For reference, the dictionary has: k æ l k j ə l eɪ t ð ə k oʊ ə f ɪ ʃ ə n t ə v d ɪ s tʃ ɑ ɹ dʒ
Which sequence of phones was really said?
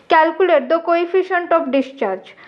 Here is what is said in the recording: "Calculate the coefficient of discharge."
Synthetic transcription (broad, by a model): k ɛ l k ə l eɪ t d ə k oʊ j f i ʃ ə n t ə p d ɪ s tʃ ɑ ɹ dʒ